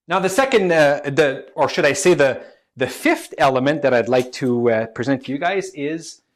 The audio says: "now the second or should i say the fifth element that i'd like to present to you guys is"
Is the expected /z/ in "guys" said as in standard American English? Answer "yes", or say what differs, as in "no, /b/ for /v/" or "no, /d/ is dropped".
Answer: yes